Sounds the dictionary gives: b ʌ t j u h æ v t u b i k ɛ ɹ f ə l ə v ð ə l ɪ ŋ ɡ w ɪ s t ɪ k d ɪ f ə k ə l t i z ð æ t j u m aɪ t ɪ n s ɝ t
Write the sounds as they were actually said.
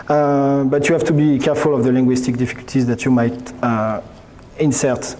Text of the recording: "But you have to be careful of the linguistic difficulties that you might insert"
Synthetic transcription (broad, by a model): b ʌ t j u h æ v t u b i k ɛ ɹ f ə l ə v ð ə l ɪ ŋ ɡ w ɪ s t ɪ k d ɪ f ə k ə l t i z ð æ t j u m aɪ t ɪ n s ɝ t